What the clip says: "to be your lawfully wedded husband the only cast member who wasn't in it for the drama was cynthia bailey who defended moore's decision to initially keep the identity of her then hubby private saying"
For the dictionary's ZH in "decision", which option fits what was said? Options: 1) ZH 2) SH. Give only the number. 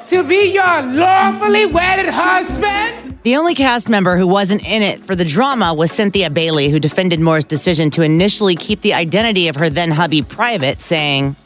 1